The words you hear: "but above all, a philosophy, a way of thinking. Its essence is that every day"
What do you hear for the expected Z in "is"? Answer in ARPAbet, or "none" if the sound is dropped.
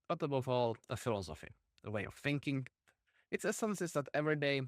S